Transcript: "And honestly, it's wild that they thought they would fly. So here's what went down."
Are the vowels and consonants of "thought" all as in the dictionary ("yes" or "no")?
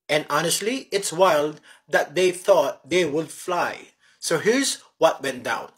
yes